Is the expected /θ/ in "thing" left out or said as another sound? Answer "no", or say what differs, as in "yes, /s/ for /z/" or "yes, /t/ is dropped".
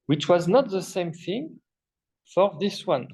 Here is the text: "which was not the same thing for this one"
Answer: no